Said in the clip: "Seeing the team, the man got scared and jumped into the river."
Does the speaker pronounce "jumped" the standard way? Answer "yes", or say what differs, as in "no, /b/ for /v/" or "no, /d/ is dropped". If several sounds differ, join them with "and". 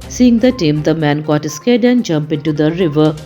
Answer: no, /t/ is dropped